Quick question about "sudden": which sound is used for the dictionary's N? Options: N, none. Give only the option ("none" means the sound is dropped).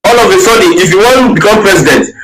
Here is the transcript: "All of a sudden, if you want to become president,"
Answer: none